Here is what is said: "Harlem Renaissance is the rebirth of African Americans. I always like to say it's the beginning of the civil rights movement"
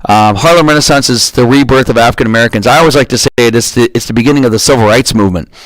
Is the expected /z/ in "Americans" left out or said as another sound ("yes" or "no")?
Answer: no